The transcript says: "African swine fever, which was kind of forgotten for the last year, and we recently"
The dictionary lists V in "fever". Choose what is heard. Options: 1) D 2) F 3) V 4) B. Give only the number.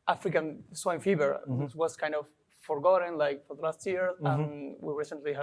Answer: 4